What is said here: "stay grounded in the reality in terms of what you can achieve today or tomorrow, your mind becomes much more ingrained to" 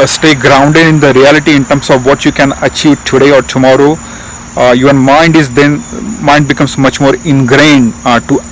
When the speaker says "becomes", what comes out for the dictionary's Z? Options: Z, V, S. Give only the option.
S